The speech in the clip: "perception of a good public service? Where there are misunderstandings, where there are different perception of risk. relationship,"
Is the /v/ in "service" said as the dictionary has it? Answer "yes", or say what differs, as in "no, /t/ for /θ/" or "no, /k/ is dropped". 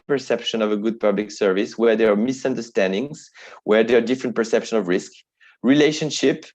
yes